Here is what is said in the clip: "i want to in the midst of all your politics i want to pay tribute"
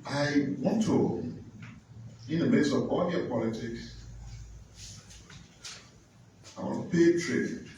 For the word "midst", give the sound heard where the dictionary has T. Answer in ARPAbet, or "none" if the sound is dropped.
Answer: none